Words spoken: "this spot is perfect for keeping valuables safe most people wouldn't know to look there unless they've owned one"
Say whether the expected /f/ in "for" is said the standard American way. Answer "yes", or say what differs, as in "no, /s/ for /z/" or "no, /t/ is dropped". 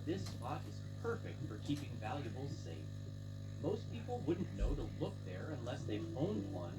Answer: yes